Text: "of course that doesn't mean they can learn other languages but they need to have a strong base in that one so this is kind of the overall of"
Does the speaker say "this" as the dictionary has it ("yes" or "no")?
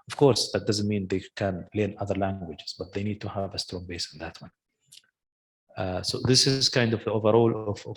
yes